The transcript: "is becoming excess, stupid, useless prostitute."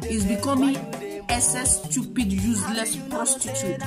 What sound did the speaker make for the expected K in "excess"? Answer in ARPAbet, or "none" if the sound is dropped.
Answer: none